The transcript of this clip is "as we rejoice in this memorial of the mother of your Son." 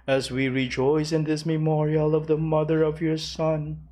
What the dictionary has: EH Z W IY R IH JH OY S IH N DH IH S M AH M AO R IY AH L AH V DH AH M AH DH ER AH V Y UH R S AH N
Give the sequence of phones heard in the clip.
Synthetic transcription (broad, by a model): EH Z W IY R IH JH OY S IH N DH IH S M AH M AO R IY AH L AH V DH AH M AH DH ER AH V Y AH R S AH N